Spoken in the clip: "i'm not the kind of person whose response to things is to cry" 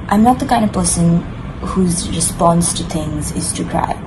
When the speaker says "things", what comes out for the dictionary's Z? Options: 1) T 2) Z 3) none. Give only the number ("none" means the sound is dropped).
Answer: 2